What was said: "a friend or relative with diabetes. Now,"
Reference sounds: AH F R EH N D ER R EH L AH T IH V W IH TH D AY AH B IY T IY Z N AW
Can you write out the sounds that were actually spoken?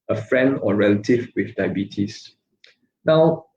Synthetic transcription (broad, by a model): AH F R EH N D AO R EH L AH T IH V W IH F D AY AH B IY T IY S N AW